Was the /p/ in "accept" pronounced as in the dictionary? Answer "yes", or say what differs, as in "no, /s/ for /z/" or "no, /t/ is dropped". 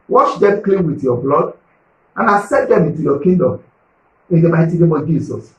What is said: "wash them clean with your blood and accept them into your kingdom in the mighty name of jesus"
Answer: no, /p/ is dropped